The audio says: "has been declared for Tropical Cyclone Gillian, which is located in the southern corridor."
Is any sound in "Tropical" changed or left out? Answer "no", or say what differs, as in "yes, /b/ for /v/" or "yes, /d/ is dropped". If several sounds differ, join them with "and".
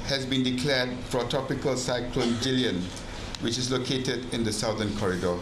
yes, /ɹ/ is dropped